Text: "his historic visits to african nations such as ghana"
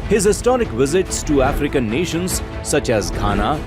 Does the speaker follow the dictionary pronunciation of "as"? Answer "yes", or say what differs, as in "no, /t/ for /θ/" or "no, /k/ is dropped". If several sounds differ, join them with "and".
yes